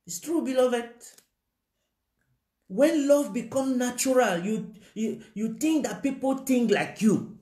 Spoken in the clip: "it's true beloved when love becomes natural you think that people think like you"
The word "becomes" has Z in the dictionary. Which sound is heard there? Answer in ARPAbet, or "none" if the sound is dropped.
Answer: none